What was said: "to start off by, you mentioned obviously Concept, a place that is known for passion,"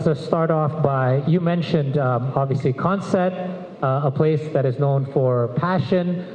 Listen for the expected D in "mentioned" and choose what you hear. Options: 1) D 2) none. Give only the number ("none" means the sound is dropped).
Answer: 1